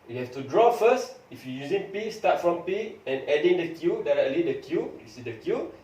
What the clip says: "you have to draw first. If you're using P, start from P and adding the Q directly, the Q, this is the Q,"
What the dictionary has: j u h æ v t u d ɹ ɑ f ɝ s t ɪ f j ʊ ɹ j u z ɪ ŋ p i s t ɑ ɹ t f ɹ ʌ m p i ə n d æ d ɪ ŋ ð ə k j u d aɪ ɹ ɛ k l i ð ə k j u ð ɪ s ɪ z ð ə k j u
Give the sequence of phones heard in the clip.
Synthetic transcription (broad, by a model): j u h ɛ f t u d ɹ ɑ f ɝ s t ɪ f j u j u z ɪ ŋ p i s t ɑ t f ɹ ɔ m p i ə n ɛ d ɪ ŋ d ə k j u d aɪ ɹ ɛ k l i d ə k j u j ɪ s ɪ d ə k j u